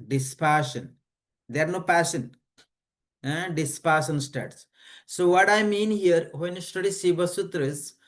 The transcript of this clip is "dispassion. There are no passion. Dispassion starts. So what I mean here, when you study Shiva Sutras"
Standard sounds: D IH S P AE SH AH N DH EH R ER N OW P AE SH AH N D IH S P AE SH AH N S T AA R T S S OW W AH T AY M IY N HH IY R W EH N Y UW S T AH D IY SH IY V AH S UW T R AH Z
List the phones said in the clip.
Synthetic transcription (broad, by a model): D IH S P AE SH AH N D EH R N OW P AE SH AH N D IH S P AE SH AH N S T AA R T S S OW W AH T AY M IY N HH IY R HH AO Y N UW S T AH D IY S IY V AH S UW T R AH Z